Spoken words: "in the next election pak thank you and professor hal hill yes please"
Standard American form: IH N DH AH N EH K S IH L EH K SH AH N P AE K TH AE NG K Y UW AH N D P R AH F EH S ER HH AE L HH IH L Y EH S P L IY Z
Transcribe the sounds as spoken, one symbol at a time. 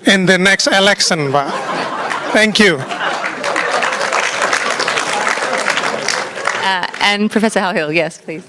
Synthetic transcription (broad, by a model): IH N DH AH N EH K S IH L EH K S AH N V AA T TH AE NG K Y UW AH N P R AH F EH S ER HH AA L HH IH L Y EH S P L IY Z